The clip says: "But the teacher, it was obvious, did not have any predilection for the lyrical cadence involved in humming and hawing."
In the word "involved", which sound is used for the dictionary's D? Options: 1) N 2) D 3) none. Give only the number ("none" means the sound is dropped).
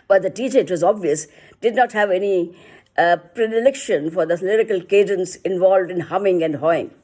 2